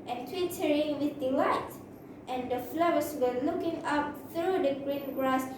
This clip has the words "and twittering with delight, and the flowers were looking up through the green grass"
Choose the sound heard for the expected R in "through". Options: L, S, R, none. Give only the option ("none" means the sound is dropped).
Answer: R